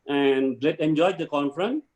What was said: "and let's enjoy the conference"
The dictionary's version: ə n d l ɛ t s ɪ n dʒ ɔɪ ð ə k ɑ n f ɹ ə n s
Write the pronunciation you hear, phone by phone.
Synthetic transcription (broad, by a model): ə n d l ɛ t ɪ n dʒ ɔɪ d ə k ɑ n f ɹ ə n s